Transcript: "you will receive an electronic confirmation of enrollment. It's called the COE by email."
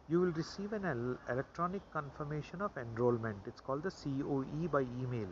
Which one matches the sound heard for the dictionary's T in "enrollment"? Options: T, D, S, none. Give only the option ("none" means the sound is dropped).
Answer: T